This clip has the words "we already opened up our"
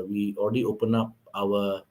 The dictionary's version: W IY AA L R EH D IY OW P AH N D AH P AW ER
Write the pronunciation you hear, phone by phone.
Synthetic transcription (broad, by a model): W IY AA L R EH D IY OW P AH N AA P AW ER